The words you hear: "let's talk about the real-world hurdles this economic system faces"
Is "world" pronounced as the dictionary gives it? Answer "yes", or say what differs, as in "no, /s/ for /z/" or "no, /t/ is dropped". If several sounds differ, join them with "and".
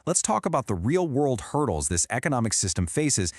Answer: yes